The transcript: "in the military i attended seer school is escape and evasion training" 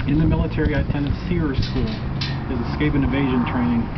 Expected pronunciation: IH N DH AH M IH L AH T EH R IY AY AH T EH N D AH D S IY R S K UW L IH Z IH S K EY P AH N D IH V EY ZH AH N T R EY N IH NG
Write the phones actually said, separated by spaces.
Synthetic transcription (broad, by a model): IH N DH AH M IH L AH T EH R IY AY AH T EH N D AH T S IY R S K UW L IH Z IH S K EY P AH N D IH V EY ZH AH N T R EY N IH NG